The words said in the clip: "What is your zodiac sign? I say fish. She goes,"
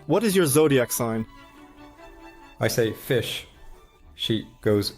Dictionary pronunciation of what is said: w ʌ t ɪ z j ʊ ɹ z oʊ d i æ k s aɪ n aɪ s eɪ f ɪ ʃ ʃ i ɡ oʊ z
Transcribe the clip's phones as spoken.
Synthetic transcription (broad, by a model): w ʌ t ɪ z j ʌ ɹ z oʊ d i æ k s aɪ n aɪ s eɪ f ɪ ʃ ʃ i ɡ oʊ z